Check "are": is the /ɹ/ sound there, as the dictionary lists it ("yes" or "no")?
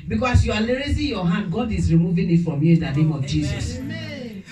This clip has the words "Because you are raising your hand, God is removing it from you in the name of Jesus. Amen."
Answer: no